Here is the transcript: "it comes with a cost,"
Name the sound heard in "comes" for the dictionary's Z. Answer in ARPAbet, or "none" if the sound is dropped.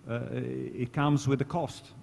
Z